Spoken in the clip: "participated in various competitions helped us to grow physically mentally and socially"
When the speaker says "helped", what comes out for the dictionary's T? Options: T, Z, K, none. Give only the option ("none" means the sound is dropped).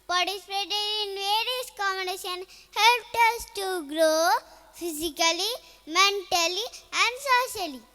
T